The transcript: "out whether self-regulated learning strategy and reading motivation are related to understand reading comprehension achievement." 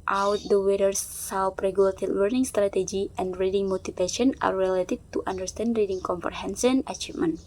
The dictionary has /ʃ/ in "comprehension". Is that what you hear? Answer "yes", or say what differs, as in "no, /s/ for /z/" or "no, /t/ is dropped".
no, /s/ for /ʃ/